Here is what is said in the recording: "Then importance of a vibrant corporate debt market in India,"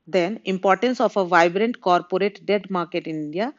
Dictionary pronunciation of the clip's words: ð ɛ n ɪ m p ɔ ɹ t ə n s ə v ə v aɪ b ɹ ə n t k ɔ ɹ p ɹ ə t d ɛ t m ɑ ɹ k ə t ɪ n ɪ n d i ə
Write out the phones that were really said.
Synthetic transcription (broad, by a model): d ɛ n ɪ m p ɔ ɹ t ə n s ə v ə v aɪ b ɹ ə n t k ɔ ɹ p ɹ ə t d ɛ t m ɑ ɹ k ə t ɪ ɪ n d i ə